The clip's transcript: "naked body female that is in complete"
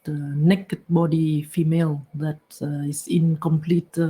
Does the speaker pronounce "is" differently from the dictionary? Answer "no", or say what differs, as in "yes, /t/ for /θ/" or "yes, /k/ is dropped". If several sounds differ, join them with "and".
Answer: yes, /s/ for /z/